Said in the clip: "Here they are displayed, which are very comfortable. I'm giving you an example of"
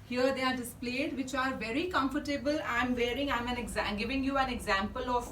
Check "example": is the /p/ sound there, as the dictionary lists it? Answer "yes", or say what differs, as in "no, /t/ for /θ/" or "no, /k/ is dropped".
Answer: yes